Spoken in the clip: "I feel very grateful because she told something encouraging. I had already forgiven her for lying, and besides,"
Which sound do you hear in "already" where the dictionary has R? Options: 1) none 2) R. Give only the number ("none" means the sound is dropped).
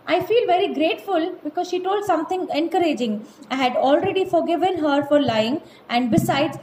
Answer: 2